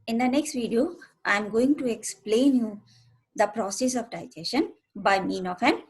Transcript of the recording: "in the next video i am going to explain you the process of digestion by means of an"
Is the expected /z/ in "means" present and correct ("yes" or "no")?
no